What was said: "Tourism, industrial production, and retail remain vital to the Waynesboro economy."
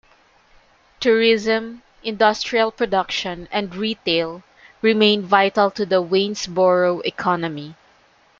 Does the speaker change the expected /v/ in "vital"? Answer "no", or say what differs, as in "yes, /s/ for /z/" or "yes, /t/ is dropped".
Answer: no